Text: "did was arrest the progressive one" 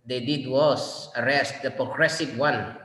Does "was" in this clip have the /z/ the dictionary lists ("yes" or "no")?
no